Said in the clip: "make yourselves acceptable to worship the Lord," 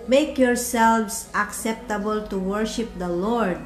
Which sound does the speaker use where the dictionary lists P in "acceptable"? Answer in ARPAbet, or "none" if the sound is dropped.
P